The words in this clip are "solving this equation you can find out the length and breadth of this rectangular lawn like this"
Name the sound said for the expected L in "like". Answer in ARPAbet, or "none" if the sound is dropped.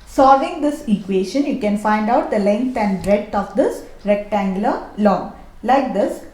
L